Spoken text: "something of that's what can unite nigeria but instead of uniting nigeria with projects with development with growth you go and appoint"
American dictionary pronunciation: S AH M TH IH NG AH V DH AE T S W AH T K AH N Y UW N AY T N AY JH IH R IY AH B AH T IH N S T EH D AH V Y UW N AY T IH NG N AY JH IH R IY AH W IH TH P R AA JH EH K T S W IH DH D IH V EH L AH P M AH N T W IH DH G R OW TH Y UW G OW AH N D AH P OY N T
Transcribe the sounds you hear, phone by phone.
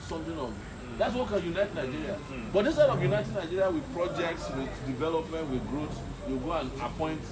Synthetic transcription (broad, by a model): S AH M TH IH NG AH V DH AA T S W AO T K AH N Y UW N AY T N AY JH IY R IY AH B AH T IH S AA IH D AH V Y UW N AY T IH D N AY JH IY R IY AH W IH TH P R AA JH EH K T S W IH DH D IH V EH L AH P M AH N T W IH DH G R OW S Y UW G OW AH N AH P OY N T